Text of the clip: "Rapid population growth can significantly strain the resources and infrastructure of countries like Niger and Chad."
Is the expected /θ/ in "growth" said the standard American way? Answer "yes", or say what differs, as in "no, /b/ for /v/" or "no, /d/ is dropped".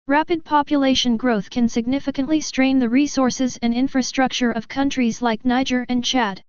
yes